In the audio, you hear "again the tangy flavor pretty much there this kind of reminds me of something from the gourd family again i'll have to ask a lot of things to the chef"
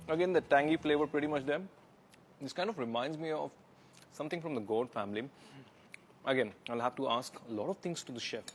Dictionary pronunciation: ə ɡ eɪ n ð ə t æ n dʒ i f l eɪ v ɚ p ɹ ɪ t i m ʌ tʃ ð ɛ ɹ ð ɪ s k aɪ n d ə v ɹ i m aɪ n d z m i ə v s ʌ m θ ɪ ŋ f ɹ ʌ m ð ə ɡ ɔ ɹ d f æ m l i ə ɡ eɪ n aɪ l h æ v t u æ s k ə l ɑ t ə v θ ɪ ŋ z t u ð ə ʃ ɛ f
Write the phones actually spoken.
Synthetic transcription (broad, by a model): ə ɡ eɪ n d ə t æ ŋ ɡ i f l eɪ v ɚ p ɹ ɪ t i m ʌ tʃ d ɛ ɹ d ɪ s k aɪ n d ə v ɹ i m aɪ n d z m i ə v s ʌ m t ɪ ŋ f ɹ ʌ m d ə ɡ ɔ l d f æ m l i ə ɡ eɪ n aɪ l h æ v t u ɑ s k ə l ɑ t ə v t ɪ ŋ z t u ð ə ʃ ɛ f